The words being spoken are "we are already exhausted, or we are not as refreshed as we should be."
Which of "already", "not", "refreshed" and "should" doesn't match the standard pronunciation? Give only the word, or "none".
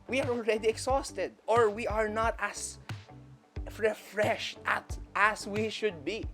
none